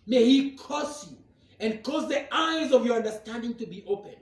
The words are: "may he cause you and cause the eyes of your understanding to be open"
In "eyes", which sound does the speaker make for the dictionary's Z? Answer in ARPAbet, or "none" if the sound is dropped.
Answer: Z